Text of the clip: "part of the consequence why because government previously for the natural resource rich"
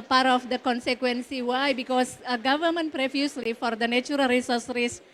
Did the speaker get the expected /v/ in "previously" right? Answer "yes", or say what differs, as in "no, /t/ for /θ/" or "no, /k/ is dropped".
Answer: no, /f/ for /v/